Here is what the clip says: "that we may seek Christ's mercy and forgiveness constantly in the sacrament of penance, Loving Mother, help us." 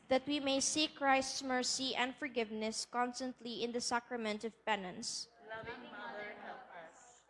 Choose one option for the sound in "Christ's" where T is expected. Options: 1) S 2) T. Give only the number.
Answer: 2